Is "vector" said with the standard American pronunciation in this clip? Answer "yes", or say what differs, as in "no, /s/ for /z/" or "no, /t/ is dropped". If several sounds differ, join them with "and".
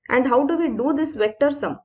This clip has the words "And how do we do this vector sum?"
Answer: yes